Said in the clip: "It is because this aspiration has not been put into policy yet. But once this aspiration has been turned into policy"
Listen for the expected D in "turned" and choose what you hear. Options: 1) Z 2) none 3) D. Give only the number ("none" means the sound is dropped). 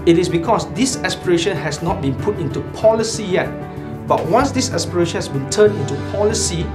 2